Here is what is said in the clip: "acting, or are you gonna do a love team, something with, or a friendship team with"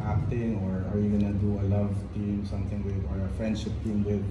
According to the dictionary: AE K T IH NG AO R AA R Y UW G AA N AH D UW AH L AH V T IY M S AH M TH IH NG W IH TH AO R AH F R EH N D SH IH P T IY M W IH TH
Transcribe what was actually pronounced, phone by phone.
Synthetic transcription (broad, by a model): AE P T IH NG AO R AA R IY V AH N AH D UW AH L AH V T IY M S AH M T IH NG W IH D AO R AH F R EH N D SH IH P T IY M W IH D